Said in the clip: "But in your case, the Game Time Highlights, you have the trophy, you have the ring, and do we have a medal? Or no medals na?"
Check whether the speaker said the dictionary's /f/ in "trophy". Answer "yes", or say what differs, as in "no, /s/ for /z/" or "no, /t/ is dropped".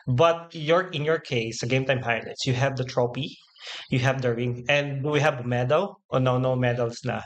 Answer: no, /p/ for /f/